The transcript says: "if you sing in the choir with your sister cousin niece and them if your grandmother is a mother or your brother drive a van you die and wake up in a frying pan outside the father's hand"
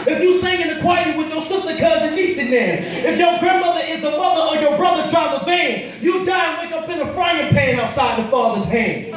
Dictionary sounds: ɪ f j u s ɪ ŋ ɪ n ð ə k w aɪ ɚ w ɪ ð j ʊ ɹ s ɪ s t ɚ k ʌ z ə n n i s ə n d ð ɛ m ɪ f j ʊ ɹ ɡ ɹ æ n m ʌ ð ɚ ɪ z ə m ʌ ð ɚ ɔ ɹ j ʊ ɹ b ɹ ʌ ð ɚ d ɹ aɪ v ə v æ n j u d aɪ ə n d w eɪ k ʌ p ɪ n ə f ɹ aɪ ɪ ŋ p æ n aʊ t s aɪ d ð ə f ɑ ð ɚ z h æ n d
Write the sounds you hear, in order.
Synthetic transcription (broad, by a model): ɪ f j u s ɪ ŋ ɪ n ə k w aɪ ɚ w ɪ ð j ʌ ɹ s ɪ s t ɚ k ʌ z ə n l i s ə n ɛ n ɪ f j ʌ ɹ ɡ ɹ æ n m ʌ ð ɚ ɪ z ə m ʌ ð ɚ ɹ j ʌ ɹ b ɹ ʌ ð ɚ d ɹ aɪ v ə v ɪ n j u d aɪ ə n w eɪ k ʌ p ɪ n ə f ɹ aɪ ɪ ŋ p æ n aʊ t s aɪ d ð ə f ɑ ð ɚ z h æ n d